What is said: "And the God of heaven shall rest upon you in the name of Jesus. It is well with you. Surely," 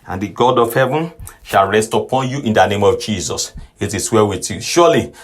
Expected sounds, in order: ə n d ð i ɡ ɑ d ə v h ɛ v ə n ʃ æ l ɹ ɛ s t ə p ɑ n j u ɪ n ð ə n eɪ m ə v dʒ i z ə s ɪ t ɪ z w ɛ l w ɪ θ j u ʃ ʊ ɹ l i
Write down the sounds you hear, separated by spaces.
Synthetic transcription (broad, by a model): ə n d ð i ɡ ɑ d ə v h ɛ v ə n ʃ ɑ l ɹ ɛ s t ə p ɑ n j u ɪ n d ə n eɪ m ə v dʒ i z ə s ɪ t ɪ s w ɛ w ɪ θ j u ʃ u l i